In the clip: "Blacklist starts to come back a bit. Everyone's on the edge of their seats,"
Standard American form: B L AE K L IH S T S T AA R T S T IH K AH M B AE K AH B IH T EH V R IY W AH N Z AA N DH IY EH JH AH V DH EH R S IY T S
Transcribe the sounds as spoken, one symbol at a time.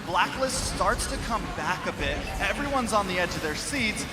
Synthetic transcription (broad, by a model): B L AE K L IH S T S T AA R T S T IH K AH M B AE K AH B IH T EH V R IY W AH N Z N DH IY EH JH AH V DH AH R S IY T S